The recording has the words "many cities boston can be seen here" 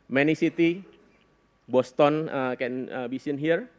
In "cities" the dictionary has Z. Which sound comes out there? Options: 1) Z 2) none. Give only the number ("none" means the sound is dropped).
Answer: 2